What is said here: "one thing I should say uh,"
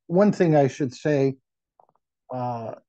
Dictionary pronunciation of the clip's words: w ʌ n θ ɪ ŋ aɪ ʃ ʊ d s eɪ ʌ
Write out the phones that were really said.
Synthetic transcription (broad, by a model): w ʌ n θ ɪ ŋ aɪ ʃ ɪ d s eɪ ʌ